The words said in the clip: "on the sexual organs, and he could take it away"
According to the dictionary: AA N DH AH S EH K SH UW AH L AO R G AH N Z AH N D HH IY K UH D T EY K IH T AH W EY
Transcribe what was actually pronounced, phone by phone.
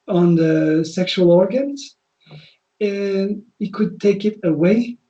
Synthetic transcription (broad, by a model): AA N DH AH S EH K SH UW AH L AO R G AH N Z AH N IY K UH D T EY K IH T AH W EY